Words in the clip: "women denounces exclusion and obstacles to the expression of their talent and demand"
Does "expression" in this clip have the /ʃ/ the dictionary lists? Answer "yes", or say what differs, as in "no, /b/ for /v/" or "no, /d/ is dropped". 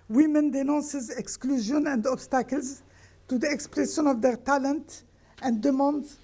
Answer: no, /s/ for /ʃ/